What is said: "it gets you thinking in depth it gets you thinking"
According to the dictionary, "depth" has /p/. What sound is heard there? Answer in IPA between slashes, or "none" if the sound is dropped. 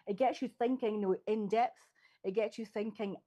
/p/